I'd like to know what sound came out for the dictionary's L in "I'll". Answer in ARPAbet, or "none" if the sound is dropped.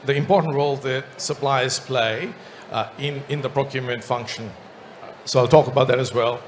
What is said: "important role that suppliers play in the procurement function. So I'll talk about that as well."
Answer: L